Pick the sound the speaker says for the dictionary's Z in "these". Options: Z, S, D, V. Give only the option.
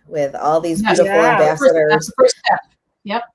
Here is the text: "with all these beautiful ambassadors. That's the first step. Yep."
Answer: Z